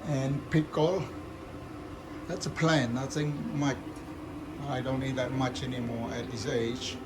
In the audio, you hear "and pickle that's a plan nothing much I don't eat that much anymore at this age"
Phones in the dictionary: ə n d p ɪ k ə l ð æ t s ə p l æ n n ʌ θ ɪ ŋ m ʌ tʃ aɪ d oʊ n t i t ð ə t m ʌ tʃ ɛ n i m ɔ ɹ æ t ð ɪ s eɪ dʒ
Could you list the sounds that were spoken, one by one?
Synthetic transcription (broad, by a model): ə n p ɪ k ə l ð æ t s ə p l æ n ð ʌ s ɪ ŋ m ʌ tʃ aɪ d oʊ n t i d ð ə t m ʌ tʃ ɛ n i m ɔ ɹ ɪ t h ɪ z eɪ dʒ